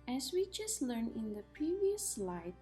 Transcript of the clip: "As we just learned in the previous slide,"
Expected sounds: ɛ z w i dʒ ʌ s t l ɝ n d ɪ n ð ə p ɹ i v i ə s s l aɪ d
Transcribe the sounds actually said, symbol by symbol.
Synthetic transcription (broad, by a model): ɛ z w i dʒ ʌ s t l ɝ n ɪ n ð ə p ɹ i v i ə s s l aɪ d